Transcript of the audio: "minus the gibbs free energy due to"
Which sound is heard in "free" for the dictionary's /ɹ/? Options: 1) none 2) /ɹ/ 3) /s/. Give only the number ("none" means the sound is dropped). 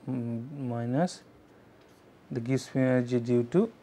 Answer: 1